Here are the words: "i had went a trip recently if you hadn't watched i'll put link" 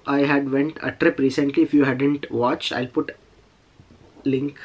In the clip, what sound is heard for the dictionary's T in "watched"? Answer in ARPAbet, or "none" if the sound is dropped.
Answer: none